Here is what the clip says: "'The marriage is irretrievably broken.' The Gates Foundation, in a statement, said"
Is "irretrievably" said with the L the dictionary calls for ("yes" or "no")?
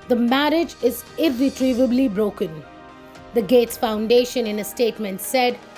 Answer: yes